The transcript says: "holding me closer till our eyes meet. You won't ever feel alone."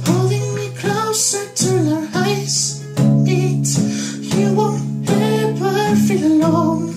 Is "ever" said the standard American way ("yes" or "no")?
no